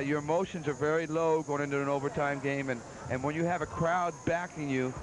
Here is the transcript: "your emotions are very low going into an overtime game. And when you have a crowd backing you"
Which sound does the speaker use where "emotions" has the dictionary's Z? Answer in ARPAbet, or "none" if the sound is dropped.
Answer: Z